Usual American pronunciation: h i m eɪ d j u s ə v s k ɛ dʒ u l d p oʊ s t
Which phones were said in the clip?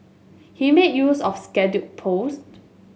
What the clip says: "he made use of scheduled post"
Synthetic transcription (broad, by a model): h i m eɪ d j u s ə f s k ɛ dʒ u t p oʊ s t